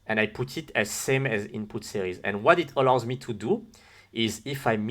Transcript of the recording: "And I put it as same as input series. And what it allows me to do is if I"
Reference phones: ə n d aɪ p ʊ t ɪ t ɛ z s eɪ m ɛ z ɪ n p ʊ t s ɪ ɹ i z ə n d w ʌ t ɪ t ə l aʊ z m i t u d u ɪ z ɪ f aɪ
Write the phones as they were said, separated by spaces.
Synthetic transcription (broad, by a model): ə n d aɪ p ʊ t ɪ t ɛ z s eɪ m ɛ z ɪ n p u t s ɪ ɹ i z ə n w ʌ t ɪ t ə l aʊ z m i t u d u ɪ z ɪ f aɪ